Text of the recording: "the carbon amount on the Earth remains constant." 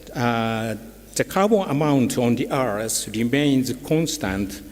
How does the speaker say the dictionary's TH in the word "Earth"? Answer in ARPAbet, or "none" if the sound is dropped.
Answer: S